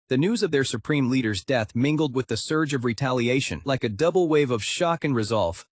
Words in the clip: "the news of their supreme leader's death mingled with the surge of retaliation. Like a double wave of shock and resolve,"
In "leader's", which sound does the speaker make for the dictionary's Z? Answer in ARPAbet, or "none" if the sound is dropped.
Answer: Z